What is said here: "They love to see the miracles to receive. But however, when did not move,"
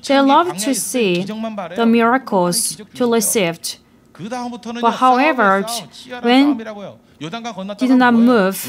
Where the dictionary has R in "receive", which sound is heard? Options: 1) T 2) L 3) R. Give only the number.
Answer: 2